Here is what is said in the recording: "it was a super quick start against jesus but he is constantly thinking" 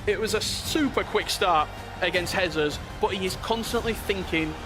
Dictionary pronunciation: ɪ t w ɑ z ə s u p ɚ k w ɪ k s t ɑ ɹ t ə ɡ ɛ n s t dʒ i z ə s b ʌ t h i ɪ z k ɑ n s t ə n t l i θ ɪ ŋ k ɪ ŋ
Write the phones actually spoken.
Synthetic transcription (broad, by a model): ɪ t w ɑ z ə s u p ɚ k w ɪ k s t ɑ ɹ t ə ɡ ɛ n s t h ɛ z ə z b ʌ t h i ɪ z k ɑ n s t ə n t l i θ ɪ ŋ k ɪ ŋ